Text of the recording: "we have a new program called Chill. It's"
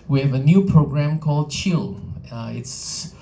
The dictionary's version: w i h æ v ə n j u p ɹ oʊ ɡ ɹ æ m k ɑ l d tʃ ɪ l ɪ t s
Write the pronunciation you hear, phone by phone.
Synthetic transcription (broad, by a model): w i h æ v ə n j u p ɹ oʊ ɡ ɹ æ m k ɑ l d tʃ ɪ l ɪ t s